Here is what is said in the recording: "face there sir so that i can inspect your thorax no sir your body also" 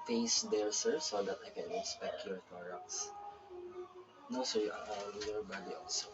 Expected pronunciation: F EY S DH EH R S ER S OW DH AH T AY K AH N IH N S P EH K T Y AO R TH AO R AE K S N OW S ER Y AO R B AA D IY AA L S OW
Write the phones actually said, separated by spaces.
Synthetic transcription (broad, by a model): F EY S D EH R S ER S OW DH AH T AY K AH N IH S P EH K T Y AO R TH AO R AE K S N OW S ER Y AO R B AA D IY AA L S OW